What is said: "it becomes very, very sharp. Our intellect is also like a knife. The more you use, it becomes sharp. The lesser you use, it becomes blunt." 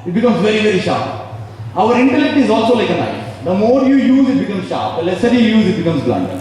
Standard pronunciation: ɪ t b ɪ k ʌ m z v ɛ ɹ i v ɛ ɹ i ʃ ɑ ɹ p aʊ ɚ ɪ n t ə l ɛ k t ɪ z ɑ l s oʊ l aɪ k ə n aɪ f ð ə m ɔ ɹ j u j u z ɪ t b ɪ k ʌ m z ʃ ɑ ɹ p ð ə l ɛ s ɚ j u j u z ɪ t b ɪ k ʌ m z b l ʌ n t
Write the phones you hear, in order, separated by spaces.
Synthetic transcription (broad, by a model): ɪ t b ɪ k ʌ m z v ɛ ɹ i v ɛ ɹ i ʃ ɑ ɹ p aʊ ɚ ɪ n t ə l ɛ k t ɪ z ɑ l s oʊ l aɪ k ə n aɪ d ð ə m ɔ ɹ j u j u z ɪ t b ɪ k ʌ m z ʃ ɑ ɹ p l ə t s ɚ j u j u z ɪ t b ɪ k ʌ m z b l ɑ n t